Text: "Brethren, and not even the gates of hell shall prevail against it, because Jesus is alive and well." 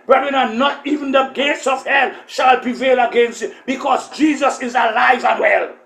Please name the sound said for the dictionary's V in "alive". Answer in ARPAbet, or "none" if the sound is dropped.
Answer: V